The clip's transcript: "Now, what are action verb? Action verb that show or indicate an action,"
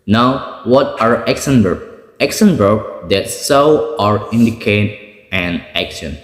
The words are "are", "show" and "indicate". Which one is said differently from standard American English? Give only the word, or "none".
show